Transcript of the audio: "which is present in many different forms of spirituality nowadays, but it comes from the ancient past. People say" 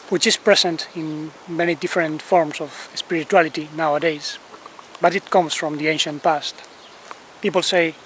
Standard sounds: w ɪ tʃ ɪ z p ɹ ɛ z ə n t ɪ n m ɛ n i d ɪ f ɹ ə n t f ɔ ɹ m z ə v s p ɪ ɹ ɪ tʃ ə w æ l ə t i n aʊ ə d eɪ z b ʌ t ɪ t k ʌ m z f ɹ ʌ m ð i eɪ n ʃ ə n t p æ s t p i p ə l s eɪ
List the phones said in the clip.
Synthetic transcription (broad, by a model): w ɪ tʃ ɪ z p ɹ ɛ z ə n t ɪ n m ɛ n i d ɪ f ɹ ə n t f ɔ ɹ m s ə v s p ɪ ɹ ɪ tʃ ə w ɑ l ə t i n aʊ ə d eɪ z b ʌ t ɪ t k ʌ m s f ɹ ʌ m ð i eɪ n ʃ ə n t p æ s t p i p ə l s eɪ